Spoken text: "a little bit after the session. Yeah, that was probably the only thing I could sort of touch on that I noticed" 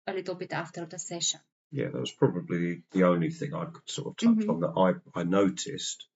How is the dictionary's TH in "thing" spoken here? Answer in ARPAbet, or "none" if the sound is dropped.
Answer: TH